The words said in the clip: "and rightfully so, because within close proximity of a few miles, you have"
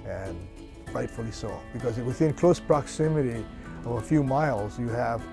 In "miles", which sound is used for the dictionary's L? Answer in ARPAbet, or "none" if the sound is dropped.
L